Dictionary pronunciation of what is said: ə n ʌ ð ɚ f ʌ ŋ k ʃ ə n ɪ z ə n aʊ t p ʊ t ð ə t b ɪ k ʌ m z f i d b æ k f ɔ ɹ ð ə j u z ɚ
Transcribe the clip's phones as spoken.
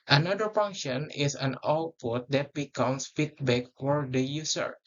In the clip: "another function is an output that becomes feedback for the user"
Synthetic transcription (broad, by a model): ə n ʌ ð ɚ f ʌ ŋ k ʃ ə n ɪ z ə n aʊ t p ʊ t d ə t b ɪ k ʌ m s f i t b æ k f ɔ ɹ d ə j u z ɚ